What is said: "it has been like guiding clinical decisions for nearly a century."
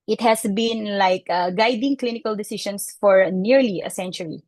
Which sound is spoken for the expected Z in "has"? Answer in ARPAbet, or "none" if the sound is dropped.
S